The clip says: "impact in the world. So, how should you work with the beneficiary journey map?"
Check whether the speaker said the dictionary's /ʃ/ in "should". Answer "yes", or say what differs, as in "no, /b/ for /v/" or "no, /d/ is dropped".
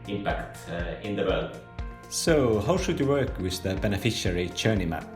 yes